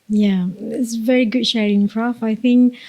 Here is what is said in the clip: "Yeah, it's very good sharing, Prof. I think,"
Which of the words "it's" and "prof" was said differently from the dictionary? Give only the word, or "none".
prof